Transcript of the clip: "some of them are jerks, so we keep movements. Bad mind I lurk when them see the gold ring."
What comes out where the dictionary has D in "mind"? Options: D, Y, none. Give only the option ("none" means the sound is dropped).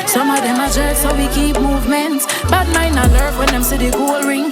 none